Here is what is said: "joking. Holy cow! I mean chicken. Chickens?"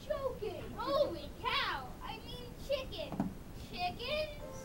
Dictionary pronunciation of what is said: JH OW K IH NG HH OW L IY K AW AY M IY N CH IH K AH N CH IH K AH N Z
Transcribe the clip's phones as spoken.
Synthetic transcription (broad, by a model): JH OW K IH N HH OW W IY K AW AY M IY N CH IH K AH N CH IH K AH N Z